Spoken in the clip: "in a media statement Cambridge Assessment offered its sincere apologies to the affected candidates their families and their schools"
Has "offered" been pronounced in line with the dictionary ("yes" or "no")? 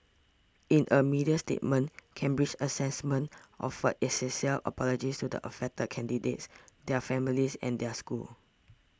no